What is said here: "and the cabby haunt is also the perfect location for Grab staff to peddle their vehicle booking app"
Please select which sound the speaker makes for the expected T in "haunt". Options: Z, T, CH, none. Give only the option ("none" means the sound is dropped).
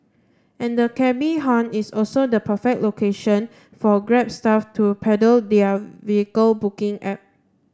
none